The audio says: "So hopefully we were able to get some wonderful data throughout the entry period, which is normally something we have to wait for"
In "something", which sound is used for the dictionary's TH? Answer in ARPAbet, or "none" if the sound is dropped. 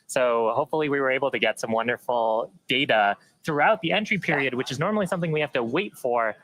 TH